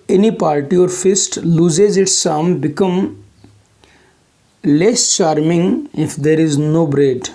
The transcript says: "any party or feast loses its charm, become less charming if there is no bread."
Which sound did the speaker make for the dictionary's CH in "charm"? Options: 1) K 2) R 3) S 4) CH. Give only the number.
3